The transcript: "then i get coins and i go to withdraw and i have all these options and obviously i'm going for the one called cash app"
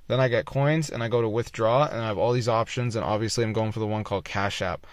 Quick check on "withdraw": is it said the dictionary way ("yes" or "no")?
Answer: yes